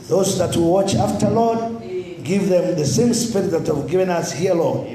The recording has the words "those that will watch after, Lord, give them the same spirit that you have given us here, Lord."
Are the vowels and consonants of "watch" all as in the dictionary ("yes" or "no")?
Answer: yes